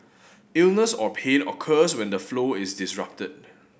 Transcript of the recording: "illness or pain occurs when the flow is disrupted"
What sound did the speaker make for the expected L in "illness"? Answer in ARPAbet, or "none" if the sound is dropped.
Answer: L